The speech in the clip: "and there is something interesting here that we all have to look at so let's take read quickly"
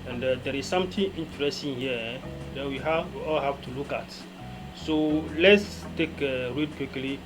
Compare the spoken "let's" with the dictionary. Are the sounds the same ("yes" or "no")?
yes